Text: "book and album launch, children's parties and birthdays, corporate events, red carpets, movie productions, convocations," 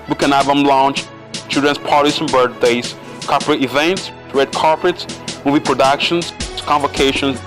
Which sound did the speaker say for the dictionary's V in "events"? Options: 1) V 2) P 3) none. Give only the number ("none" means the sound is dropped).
1